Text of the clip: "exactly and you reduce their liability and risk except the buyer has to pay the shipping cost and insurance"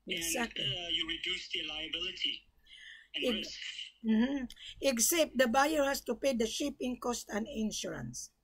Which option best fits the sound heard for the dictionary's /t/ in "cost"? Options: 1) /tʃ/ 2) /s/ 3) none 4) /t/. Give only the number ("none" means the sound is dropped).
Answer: 4